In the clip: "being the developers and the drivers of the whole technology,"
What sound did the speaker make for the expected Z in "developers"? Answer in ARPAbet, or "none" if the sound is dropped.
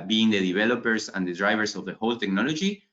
S